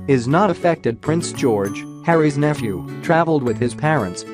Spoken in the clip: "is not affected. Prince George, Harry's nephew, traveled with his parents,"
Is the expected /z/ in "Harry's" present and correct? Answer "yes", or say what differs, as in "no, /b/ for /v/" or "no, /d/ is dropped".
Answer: yes